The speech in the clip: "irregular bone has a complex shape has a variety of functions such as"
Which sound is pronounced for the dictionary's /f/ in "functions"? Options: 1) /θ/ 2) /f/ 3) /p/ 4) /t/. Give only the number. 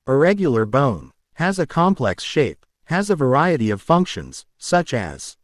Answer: 2